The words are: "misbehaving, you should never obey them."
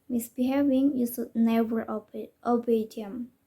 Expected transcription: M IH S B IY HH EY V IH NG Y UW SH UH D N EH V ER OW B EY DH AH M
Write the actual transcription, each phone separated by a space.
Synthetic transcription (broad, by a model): M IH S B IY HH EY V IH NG Y UW S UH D N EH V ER OW B EY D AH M